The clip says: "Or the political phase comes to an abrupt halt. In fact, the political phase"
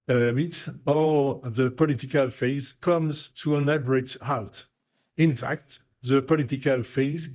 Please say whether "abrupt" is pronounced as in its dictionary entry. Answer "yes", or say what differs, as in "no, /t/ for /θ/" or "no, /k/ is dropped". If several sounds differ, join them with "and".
no, /p/ is dropped